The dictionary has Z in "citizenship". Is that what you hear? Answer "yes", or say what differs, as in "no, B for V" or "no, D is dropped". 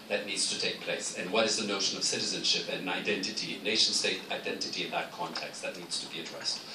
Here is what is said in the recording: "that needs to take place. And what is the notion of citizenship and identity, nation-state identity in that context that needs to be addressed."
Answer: yes